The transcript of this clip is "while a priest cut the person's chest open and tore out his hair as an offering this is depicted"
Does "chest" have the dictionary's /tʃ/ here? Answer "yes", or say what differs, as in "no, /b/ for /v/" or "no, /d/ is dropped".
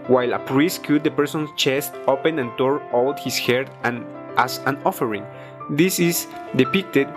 yes